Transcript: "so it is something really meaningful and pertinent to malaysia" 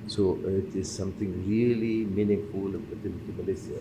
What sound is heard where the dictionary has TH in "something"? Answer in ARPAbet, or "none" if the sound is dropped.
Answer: T